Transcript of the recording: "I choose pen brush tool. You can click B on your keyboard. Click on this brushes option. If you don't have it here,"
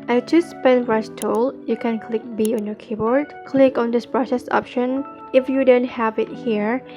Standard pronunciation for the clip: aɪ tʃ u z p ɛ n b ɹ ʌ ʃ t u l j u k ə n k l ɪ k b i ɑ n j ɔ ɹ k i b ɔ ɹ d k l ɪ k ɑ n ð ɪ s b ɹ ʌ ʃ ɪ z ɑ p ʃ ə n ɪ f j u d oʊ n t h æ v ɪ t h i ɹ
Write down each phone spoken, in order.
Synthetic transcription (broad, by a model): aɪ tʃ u s p ɛ n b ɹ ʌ s t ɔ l j u k ə n k l ɪ k b i ɑ n j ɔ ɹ k i b ɔ ɹ d k l ɪ k ɑ n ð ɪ s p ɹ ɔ s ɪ s ɑ p ʃ ə n ɪ f j u d oʊ n t h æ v ɪ t h i ɹ